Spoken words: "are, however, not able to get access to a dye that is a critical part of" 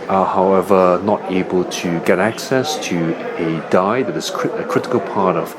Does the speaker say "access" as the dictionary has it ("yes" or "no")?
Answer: yes